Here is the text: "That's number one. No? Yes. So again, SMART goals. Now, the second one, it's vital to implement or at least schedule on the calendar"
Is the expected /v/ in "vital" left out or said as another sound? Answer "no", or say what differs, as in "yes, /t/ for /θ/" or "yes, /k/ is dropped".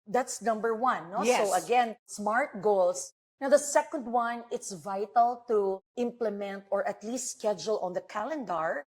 no